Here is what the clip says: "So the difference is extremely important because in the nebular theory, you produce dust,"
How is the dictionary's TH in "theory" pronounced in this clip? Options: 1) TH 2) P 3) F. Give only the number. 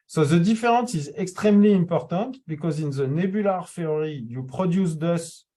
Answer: 3